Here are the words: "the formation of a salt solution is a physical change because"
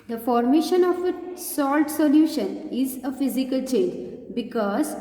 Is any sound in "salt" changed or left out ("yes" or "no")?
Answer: no